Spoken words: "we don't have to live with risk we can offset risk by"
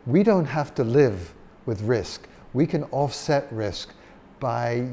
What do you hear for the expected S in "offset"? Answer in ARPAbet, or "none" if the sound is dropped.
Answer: S